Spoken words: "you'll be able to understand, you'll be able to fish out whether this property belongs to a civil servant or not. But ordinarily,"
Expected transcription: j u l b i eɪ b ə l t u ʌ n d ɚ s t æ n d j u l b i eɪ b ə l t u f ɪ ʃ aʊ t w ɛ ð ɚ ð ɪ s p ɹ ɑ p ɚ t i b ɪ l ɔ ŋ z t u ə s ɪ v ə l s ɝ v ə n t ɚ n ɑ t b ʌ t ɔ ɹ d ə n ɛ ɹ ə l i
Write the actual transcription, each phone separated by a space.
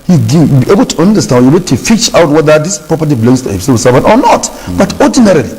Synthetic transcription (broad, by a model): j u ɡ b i eɪ b ə l t u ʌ n d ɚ s t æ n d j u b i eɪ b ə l t u f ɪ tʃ aʊ t w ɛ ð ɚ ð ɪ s p ɹ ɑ p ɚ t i b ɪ l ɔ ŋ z t u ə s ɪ ə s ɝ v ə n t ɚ n ɑ t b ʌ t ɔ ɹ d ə n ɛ ɹ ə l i